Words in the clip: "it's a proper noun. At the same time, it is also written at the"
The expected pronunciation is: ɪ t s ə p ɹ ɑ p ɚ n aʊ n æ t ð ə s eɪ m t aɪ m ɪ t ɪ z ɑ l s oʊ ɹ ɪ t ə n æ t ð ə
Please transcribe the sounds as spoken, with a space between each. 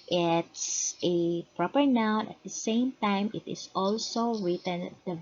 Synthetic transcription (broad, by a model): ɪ t s ə p ɹ ɑ p ɚ n aʊ n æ t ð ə s eɪ m t aɪ m ɪ t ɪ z ɑ l s oʊ ɹ ɪ t ə n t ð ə